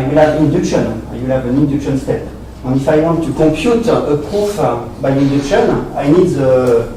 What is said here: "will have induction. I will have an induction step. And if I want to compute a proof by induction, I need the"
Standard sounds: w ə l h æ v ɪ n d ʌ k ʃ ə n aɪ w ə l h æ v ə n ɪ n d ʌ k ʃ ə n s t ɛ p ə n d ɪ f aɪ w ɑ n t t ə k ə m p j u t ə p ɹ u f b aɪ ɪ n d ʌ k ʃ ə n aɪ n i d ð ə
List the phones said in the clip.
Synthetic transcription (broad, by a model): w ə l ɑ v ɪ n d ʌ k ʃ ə n aɪ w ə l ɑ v ə n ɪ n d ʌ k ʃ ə n s t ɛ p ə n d ɪ f aɪ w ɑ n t t ə k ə p j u t ə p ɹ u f b aɪ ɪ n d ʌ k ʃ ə n aɪ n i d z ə